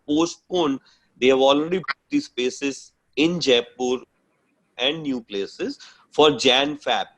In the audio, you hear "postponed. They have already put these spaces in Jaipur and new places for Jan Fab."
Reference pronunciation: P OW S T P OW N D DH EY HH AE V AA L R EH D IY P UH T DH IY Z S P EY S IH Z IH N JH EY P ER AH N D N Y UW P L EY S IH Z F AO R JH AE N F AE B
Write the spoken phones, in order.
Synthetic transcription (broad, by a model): P OW S T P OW N D EY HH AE V AA L R EH D IY B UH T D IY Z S P EY S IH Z IH N JH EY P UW AH N D N Y UW P L EY S IH Z F AO R JH AE N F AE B